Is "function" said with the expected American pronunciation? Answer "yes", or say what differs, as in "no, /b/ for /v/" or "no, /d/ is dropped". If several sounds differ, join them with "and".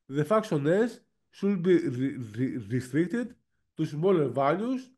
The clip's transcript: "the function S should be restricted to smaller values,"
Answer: no, /ŋ/ is dropped and /s/ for /ʃ/